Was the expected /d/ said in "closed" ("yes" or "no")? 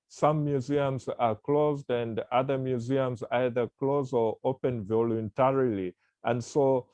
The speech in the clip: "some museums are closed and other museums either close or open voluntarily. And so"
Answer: yes